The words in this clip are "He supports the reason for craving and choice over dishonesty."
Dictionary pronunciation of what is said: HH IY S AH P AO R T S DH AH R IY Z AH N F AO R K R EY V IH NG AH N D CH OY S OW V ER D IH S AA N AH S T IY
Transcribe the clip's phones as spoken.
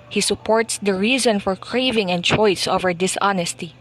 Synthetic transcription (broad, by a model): HH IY S AH P AO R T S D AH R IY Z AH N F AO R K R EY V IH NG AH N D CH OY S OW V ER D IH S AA N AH S T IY